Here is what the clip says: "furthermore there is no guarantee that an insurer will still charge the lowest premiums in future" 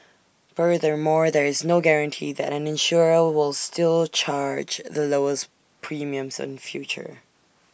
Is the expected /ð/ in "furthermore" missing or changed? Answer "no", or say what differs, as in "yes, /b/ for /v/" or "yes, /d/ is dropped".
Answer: no